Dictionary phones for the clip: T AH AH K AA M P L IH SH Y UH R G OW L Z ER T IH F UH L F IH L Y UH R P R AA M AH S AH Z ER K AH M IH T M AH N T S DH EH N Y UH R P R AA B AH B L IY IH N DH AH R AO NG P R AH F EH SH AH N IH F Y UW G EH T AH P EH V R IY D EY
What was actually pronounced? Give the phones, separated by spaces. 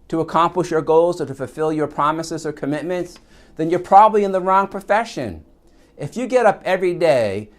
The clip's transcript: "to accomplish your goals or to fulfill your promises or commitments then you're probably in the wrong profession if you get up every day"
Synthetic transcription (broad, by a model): T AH AH K AA M P L IH SH Y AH R G OW L Z ER T IH F UH L F IH L Y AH R P R AA M AH S AH Z ER K AH M IH T M AH N T S DH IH N Y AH R P R AA B AH B L IY IH N DH AH R AO NG P R AH F EH SH AH N IH F Y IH G EH T AH P EH V R IY D EY